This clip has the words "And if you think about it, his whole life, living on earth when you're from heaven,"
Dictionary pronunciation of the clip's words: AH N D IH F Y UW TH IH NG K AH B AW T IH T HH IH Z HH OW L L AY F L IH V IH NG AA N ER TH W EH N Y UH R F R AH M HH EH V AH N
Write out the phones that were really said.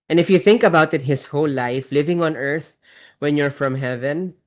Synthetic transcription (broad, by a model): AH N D IH F Y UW TH IH NG K AH B AW T IH T HH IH S HH OW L L AY F L IH V IH NG AA N ER TH W EH N Y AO R F R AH M HH EH V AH N